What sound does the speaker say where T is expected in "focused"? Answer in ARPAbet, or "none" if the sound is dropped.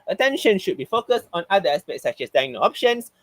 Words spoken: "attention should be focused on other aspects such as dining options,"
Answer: T